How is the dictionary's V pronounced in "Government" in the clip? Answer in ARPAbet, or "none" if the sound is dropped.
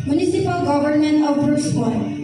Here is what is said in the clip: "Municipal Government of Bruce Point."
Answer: B